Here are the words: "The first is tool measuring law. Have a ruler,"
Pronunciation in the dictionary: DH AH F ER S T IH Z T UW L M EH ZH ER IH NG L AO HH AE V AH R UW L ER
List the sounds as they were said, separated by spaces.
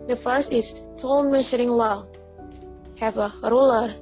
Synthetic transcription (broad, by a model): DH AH F ER S T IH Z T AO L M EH SH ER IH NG L AO HH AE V AH R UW L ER